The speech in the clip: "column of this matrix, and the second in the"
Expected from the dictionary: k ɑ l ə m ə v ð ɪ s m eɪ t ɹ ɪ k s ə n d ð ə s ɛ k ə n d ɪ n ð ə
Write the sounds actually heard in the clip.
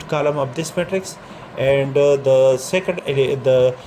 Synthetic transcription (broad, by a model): k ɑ l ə m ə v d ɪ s m eɪ t ɹ ɪ k s ə n d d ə s ɛ k ə n d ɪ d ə